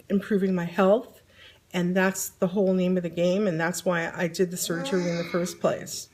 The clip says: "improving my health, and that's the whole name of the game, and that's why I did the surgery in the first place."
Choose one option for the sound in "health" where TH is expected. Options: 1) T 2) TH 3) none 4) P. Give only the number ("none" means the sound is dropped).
2